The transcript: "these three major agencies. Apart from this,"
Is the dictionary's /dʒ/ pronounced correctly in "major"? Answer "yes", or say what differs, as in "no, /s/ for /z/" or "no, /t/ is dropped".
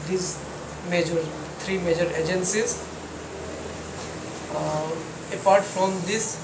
yes